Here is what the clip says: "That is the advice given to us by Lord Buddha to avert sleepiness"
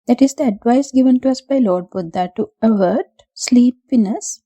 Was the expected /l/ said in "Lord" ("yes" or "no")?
yes